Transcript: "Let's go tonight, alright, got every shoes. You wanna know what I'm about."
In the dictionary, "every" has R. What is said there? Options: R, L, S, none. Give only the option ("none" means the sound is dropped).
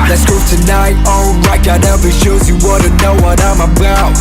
none